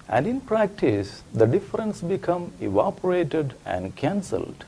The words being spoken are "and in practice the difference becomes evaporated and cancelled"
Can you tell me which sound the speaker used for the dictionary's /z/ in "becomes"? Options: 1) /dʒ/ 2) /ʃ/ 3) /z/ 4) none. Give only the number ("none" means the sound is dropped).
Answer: 4